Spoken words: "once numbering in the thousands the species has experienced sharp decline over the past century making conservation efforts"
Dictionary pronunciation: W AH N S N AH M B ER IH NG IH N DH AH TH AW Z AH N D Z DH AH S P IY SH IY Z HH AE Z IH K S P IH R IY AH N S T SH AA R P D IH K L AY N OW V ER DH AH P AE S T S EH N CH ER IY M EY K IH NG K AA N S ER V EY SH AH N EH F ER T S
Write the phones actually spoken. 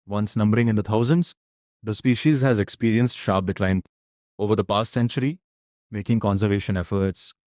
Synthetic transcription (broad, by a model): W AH N S N AH M B ER IH NG IH N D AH T AW Z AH N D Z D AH S P IY SH IY Z HH AE Z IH K S P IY R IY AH N S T SH AA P D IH K L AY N OW V ER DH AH P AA S T S EH N CH ER IY M EY K IH NG K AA N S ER V EY SH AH N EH F ER T S